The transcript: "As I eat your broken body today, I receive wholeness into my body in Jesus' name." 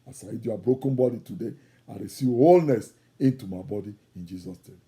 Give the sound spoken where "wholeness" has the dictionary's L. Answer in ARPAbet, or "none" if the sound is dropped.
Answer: L